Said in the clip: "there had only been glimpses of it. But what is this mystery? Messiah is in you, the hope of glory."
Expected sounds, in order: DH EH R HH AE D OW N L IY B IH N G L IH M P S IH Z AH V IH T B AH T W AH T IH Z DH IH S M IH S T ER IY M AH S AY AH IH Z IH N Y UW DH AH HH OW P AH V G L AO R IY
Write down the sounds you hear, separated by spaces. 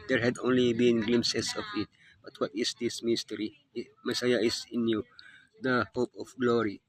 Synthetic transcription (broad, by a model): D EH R HH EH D OW N L IY B IH N G L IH M S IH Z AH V IH T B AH T W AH T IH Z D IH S M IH S T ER IY M AH S AY AH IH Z IH N Y UW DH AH HH OW P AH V G L AO R IY